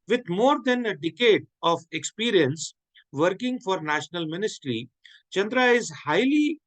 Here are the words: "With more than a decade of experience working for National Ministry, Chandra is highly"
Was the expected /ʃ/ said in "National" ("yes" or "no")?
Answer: yes